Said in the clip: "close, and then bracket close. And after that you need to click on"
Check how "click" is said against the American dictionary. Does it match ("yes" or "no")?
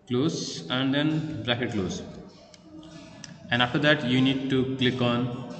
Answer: yes